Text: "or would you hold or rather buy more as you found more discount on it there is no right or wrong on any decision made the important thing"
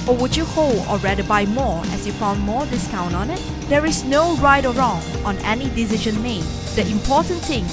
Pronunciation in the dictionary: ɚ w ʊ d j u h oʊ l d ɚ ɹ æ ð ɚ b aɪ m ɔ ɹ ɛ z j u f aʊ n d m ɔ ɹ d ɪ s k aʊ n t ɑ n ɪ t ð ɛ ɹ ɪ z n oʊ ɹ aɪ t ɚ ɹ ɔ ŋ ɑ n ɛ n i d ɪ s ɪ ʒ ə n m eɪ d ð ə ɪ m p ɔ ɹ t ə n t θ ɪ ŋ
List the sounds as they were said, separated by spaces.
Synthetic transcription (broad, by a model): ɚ w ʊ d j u h oʊ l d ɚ ɹ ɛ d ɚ b aɪ m ɔ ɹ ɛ s j u f aʊ n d m ɔ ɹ d ɪ s k aʊ n t ɑ n ɪ t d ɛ ɹ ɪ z n oʊ ɹ aɪ t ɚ ɹ ɔ ŋ ɑ n ɛ n i d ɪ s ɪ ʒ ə n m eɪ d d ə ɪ m p ɔ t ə n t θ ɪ ŋ